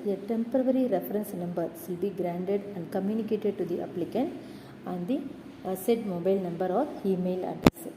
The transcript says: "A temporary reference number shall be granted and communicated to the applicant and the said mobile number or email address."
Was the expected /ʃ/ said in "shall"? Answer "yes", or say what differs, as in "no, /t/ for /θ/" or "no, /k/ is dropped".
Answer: no, /s/ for /ʃ/